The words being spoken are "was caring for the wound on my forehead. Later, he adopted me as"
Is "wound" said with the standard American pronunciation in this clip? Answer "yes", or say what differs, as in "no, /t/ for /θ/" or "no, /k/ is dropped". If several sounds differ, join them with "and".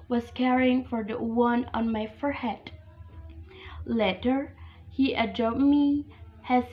no, /d/ is dropped